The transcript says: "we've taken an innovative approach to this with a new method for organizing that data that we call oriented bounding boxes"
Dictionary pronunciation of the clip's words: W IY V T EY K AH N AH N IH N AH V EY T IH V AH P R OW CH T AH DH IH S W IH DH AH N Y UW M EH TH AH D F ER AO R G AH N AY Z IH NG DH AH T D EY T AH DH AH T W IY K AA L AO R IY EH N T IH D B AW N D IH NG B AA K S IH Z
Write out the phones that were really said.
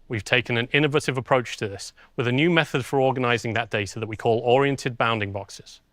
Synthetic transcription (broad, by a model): W IY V T EY K AH N AH N IH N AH V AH T IH V AH P R OW CH T AH DH IH S W IH DH AH N Y UW M EH TH AH D F ER AO G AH N AY Z IH NG DH AH T D EY T AH DH AH T W IY K AA L AO R IY EH N T IH D B AW N D IH NG B AA K S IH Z